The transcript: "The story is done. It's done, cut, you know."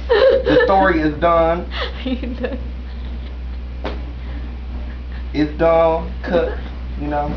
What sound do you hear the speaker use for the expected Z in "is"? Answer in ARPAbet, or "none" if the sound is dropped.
Z